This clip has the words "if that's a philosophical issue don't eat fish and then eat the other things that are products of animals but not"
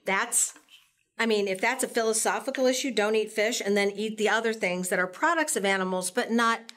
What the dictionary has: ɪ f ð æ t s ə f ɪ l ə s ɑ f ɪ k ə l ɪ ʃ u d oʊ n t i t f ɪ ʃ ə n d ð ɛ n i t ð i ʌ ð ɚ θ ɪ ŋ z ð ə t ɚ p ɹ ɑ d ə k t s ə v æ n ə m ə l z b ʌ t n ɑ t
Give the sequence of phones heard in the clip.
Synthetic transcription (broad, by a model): ɪ f ð æ t s ə f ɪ l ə s ɑ f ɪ k l ɪ ʃ u d oʊ n t i t f ɪ ʃ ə n ð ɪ n i t ð i ʌ ð ɚ θ ɪ ŋ z ð ə t ɚ p ɹ ɑ d ə k t s ə v æ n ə m l z b ʌ t n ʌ t